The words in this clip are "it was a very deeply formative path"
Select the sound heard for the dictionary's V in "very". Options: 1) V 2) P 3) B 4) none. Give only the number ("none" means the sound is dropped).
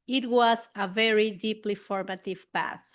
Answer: 1